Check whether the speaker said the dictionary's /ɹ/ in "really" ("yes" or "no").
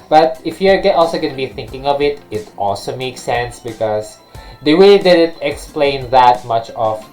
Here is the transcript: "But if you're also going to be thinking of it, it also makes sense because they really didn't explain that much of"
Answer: no